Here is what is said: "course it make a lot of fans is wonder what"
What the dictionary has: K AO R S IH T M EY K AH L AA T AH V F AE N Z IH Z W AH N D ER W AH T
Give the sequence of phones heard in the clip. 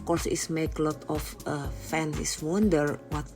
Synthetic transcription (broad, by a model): K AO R S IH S M EY K L AA T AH F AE N IH S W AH N D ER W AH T